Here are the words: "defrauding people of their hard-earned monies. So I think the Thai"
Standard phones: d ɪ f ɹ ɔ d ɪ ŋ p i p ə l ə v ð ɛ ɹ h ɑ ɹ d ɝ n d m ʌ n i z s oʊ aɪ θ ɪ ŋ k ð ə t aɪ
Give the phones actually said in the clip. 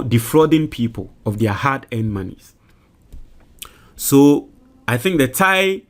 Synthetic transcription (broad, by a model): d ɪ f ɹ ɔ d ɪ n p i p ə l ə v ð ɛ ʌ h ɑ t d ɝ n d m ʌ n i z s oʊ aɪ θ ɪ ŋ k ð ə t aɪ